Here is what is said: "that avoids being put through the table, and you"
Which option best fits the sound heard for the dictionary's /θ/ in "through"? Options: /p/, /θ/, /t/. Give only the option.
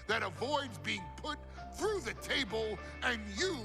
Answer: /θ/